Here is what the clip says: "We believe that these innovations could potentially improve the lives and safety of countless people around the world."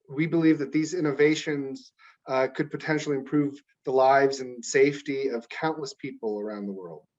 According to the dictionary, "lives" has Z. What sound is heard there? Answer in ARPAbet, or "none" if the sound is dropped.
Z